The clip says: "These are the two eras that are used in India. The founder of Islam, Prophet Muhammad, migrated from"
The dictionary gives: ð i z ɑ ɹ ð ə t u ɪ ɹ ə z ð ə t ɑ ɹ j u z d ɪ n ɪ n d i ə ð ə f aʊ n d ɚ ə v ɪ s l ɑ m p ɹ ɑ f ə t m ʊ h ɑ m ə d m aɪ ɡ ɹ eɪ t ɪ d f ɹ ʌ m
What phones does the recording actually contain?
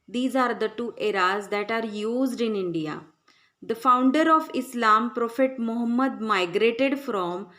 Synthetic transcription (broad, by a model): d i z ɑ ɹ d ə t u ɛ ɹ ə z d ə t ɑ ɹ j u z d ɪ n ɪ n d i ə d ə f aʊ n d ɚ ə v ɪ s l ɑ m p ɹ ɑ f ə t m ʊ h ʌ m ə d m aɪ ɡ ɹ eɪ t ɪ d f ɹ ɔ m